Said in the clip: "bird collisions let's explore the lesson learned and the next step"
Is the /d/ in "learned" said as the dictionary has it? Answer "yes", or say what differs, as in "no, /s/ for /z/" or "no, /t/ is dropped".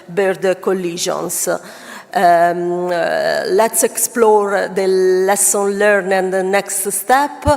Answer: no, /d/ is dropped